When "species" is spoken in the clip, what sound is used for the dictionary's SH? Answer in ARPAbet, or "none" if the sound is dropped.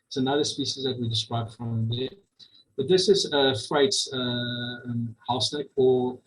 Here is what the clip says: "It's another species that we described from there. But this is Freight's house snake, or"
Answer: SH